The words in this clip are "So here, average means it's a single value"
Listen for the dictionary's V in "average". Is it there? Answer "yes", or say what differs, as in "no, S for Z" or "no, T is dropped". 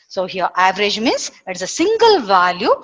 yes